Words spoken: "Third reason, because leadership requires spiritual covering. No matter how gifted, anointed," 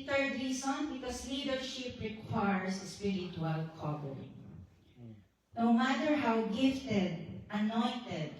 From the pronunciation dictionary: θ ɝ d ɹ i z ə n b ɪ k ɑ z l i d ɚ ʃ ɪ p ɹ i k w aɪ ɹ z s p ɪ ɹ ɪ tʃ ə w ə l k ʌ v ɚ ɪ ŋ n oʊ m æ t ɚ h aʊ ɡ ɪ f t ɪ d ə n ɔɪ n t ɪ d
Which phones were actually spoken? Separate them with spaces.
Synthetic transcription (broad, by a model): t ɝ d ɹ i s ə n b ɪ k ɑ s l i d ɚ ʃ ɪ p ɹ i k w aɪ ɹ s s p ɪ ɹ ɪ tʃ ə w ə l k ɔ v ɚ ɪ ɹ n oʊ m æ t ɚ h aʊ ɡ ɪ f t ɪ d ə n ɔɪ n t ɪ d